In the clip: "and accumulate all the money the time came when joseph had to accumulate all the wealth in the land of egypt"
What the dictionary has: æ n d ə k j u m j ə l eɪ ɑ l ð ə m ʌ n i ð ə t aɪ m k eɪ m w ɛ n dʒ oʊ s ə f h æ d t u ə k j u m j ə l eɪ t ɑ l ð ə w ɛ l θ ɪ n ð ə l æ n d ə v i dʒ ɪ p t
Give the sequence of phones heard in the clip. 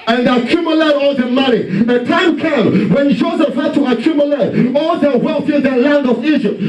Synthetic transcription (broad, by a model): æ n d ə k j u m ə l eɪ ɑ l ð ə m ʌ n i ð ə t aɪ m k eɪ m w ɛ n dʒ oʊ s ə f h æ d t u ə k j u m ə l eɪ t ɑ l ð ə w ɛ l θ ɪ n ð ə l æ n d ə v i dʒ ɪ p t